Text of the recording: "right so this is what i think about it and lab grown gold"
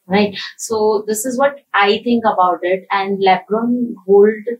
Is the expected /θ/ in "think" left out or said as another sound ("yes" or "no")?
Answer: yes